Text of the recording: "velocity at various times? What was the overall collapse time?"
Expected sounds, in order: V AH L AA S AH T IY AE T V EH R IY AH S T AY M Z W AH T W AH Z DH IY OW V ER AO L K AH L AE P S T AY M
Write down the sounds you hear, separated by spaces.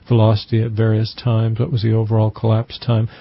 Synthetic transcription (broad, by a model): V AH L AA S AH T IY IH T V EH R IY AH S T AY M Z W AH T W AH Z DH IY OW V ER AO L K AH L AE P S T AY M